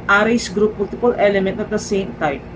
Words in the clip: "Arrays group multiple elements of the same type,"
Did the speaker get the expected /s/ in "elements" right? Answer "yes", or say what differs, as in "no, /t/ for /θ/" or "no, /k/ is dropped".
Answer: no, /s/ is dropped